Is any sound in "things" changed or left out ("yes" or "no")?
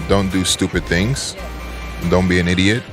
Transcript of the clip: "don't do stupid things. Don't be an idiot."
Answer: no